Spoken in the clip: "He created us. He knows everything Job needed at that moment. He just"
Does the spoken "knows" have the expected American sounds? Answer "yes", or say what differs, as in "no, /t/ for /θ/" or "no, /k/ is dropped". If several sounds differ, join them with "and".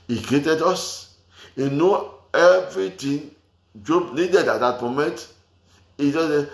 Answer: no, /z/ is dropped